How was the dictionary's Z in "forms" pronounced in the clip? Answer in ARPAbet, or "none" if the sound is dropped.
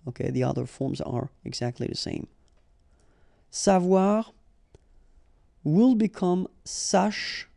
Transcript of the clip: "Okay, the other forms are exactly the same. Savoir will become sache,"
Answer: Z